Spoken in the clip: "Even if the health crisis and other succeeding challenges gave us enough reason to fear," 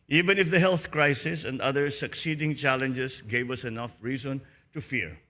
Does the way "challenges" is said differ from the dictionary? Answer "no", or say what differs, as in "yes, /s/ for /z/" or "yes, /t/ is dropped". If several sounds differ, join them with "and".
yes, /s/ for /z/